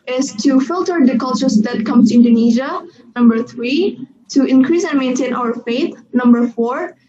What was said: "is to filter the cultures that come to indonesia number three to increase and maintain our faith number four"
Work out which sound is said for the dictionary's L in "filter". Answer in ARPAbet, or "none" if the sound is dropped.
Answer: L